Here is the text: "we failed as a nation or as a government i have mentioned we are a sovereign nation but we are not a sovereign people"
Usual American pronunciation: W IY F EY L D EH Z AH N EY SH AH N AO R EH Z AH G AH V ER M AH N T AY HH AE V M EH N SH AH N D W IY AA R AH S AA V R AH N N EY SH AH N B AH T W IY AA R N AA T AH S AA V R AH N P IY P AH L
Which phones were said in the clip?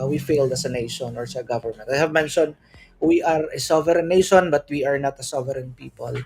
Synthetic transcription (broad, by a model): W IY F EY L D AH S AH N EY SH AH N AO R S AH G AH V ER M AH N T AY HH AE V M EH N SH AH N W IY AA R AH S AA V R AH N N EY SH AH N B AH T W IY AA R N AA T AH S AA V R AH N P IY P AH L